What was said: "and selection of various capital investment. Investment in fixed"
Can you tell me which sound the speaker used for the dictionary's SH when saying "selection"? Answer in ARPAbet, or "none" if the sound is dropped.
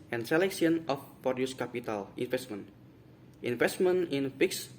S